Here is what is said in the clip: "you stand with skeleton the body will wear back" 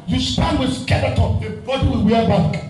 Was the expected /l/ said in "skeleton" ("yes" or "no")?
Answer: no